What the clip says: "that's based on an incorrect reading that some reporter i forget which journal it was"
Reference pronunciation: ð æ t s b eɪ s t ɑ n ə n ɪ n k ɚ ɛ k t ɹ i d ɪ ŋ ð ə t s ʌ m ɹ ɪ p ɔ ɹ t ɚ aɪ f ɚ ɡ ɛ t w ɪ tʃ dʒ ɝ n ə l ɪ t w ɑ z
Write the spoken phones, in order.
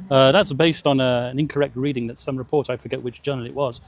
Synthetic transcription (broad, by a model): ð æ t s b eɪ s t n ə n ɪ n k ɚ ɛ k t ɹ i d ɪ ŋ ð ə t s ʌ m ɹ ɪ p ɔ ɹ t aɪ f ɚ ɡ ɛ t w ɪ tʃ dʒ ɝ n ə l ɪ t w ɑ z